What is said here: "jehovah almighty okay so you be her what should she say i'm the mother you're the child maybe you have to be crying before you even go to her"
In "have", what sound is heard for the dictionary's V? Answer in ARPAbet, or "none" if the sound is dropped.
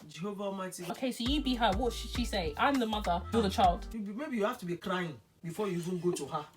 F